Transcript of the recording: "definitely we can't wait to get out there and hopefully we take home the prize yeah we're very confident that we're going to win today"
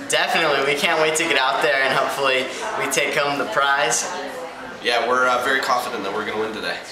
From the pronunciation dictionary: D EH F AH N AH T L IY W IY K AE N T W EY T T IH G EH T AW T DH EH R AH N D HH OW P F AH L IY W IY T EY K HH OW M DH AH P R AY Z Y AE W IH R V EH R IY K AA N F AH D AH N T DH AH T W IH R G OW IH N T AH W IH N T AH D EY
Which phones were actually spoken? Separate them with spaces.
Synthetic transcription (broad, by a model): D EH F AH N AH T L IY W IY K AE N T W EY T T IH G EH T AW T DH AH R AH N HH OW P F L IY W IY T EY K HH OW M DH AH P R AY Z Y AE W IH R V EH R IY K AA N F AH D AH N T DH AH T W IH R G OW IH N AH W IH N T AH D EY